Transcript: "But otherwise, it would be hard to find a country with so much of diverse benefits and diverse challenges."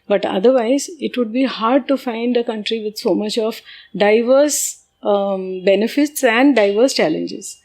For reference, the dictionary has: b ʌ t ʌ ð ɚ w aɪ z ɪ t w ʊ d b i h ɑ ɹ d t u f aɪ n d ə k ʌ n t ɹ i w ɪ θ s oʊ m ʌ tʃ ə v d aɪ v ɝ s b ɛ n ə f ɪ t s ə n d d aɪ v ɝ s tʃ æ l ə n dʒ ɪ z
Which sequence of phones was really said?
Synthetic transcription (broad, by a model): b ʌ t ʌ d ɚ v aɪ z ɪ t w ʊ d b i h ɑ ɹ d t u f aɪ n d ə k ʌ n t ɹ i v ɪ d s oʊ m ʌ tʃ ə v d aɪ v ɝ s b ɛ n ə f ɪ t s ə n d d aɪ v ɝ s tʃ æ l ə n dʒ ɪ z